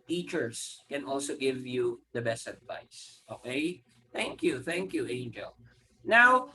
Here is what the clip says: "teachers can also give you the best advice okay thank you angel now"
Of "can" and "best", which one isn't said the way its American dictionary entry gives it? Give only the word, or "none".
none